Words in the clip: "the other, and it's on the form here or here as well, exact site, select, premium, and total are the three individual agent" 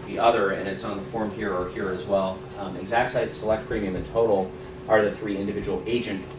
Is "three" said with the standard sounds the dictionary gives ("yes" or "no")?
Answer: yes